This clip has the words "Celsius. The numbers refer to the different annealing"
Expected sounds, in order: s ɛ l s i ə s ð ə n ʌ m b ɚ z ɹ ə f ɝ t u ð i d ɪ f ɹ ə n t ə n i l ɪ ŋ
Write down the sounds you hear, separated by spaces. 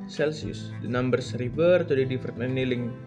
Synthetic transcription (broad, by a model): s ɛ l s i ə s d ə n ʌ m b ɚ s ɹ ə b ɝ t u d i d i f ə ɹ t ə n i l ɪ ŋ